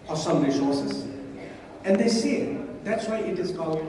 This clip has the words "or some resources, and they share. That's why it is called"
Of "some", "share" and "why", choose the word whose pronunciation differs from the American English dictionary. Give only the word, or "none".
share